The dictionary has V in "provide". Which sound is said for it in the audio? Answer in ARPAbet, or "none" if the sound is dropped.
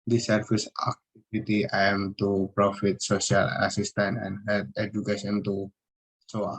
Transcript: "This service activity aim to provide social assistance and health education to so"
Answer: F